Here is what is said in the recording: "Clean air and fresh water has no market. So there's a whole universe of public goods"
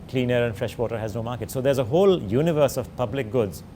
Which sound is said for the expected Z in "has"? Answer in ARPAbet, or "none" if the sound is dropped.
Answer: Z